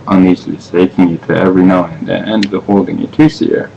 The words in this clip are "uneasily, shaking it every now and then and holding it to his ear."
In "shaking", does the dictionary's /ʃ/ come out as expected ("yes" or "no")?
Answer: no